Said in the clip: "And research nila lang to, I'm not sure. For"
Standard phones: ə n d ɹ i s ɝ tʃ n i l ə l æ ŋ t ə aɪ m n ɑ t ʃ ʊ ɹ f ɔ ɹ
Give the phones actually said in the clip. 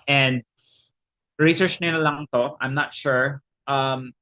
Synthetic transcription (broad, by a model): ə n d ɹ i s ɝ tʃ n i n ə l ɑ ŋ t ə aɪ m n ɑ t ʃ ʊ ɹ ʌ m